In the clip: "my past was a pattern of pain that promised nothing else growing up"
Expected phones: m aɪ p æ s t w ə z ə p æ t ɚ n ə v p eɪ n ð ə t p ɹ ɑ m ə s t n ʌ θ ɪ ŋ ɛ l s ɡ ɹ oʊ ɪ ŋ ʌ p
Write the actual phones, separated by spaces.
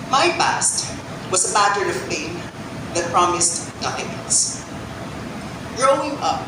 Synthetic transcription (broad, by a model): m aɪ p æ s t w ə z ə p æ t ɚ ə v p eɪ n ð ə t p ɹ ɑ m ə s t n ʌ θ ɪ ŋ ɛ l s ɡ ɹ oʊ ɪ ŋ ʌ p